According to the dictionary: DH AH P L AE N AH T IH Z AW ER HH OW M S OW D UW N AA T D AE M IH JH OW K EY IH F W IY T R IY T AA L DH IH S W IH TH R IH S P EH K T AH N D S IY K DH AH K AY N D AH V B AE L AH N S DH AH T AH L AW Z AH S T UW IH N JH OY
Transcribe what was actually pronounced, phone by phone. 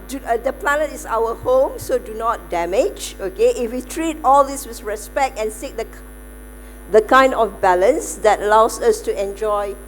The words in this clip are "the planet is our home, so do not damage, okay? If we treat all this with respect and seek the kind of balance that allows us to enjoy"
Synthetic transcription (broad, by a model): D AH P L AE N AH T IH S AW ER HH OW M S OW D UW N AA T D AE M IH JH OW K EY IH F W IY T R IY T AA L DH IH S W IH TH R IH S P EH K T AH N S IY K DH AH K AY N D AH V B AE L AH N S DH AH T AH L AW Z AH S T UW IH N JH OY